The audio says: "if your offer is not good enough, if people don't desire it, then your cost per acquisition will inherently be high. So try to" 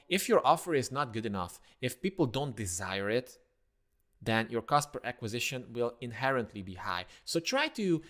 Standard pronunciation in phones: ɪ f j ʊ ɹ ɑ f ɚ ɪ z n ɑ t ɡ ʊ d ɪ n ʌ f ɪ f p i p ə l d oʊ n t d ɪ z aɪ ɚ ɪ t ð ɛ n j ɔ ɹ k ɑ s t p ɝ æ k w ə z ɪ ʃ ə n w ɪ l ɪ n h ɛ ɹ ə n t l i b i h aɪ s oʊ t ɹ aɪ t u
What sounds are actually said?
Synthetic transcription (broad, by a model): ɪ f j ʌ ɹ ɑ f ɚ ɪ z n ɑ t ɡ ʊ d ɪ n ʌ f ɪ f p i p l d oʊ n t d ɪ z aɪ ɚ ɪ t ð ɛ n j ɔ ɹ k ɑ s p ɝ æ k w ə z ɪ ʃ ə n w ɪ l ɪ n h ɛ ɹ ə n t l i b i h aɪ s oʊ t ɹ aɪ t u